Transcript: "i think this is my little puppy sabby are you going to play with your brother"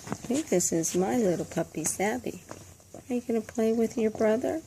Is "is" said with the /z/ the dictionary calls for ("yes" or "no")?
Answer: yes